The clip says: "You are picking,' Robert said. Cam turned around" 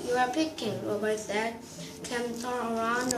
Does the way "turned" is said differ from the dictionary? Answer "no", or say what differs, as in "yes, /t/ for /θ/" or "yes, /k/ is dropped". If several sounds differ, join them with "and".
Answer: yes, /d/ is dropped